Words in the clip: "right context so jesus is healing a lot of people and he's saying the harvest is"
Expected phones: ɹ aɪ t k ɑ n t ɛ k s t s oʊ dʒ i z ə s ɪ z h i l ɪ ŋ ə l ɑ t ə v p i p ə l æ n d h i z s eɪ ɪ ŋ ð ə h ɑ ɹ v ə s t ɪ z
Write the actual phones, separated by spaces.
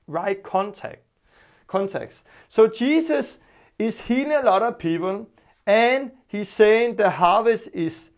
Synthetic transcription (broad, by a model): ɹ aɪ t k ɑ n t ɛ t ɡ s s oʊ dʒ i s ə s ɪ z h i l ɪ ŋ ə l ɑ t ə v p i p ə l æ n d h i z s eɪ ɪ ŋ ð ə h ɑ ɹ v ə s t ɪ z